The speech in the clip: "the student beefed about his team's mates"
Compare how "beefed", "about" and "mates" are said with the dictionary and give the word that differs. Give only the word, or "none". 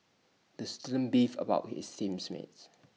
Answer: beefed